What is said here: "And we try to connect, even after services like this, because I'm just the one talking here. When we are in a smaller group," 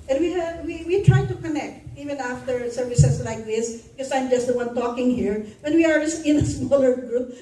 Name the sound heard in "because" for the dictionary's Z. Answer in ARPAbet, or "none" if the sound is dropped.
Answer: none